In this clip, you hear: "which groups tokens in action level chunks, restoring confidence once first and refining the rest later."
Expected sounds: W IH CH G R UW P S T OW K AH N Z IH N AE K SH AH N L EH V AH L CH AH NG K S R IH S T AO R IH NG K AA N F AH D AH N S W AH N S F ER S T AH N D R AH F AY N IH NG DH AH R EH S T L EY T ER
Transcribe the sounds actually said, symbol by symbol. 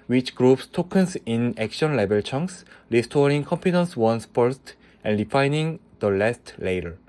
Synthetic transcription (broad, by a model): W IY CH G R UW P S T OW K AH N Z IH N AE K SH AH N L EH B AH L CH AH NG K S R IH S T AO R IH NG K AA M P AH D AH N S W AH N S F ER S T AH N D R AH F AY N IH NG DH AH L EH S T L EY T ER